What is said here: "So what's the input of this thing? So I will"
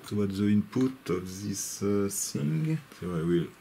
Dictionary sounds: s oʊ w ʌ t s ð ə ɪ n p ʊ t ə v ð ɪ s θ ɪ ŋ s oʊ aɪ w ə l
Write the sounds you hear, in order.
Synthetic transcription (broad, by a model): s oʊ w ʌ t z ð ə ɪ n p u t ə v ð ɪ s s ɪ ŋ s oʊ aɪ w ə l